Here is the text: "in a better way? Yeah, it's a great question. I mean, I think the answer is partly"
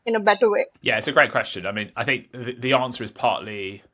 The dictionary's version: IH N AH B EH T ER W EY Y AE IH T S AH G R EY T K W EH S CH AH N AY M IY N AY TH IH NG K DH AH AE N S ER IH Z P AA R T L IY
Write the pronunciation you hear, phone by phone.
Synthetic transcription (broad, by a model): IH N AH B EH T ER W EY Y AE IH T S AH G R EY T K W EH S CH AH N AY M IY N AY TH IH NG K DH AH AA N S ER IH Z P AA T L IY